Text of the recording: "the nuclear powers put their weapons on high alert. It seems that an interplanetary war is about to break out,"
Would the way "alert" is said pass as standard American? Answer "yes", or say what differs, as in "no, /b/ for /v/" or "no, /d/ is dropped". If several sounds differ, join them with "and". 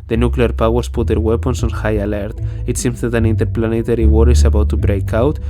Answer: yes